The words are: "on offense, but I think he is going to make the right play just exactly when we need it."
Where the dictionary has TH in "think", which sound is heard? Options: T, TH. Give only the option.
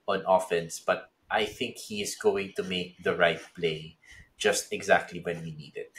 TH